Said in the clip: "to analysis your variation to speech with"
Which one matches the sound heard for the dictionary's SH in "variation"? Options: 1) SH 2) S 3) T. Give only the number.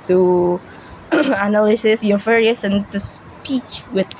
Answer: 2